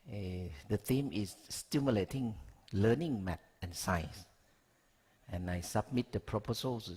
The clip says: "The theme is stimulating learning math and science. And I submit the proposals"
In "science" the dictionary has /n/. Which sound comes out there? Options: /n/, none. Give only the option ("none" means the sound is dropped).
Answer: none